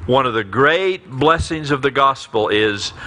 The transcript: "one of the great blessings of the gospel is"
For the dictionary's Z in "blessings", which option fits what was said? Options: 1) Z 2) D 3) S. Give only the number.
1